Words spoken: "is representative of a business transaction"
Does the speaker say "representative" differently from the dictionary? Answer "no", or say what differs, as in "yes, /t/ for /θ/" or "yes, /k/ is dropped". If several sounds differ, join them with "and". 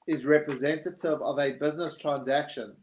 no